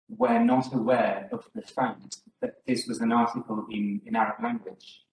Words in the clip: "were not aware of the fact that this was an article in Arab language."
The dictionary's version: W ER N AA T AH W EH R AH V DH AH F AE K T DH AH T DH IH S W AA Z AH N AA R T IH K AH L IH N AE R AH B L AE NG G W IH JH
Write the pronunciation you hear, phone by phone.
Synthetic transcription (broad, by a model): W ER N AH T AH W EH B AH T DH AH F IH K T DH AH T DH IH S W AA Z AH N AA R T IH K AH L IH N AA R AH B L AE NG G W IH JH